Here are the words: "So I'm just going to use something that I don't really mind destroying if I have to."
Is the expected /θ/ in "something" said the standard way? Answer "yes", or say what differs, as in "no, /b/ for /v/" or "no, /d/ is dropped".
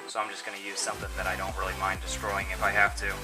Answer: yes